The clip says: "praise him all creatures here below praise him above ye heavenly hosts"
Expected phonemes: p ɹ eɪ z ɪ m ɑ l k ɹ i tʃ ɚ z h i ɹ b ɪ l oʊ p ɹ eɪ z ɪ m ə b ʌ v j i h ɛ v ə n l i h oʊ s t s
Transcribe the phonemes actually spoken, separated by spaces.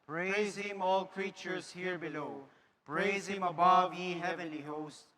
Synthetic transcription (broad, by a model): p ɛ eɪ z ɪ m ɑ l k ɹ i tʃ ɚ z h i ɹ b ɪ l oʊ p ɹ eɪ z ɪ m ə b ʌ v j i h ɛ v ə n l i h oʊ s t